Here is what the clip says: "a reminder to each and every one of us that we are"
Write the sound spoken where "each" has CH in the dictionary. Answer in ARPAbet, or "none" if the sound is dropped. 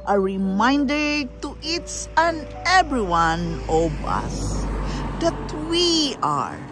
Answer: S